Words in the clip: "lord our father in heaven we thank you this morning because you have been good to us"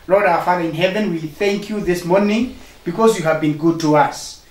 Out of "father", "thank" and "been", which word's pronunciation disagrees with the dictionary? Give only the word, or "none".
none